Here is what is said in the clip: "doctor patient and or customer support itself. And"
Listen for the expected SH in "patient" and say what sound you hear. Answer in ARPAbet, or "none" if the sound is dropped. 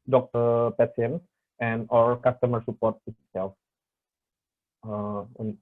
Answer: S